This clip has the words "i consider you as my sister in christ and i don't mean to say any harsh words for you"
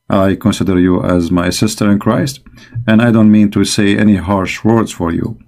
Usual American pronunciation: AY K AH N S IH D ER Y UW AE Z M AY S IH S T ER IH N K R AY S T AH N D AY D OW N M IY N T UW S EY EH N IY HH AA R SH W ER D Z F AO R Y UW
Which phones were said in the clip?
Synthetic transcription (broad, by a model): AY K AH N S IH D ER Y UW AE Z M AY S IH S T ER IH N K R AY S T AH N D AY D OW N M IY N T UW S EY EH N IY HH AA R SH W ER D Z F AO R Y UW